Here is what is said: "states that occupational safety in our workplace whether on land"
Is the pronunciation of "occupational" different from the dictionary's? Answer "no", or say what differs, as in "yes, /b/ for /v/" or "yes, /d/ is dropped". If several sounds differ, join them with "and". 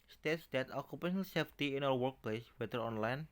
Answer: no